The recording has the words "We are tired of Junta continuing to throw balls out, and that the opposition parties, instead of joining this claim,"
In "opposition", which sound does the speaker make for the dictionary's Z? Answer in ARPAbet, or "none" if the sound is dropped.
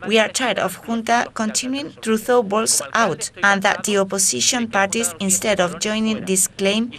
S